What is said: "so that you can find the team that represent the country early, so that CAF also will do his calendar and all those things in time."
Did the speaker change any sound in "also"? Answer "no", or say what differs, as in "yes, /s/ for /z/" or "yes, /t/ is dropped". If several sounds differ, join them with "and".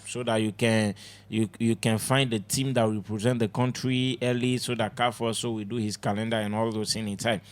yes, /l/ is dropped